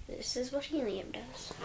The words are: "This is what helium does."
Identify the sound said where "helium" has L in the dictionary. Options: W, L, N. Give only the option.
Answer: N